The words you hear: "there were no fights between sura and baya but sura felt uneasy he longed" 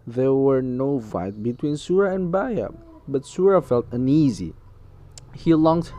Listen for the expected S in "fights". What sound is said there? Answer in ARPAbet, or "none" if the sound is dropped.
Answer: none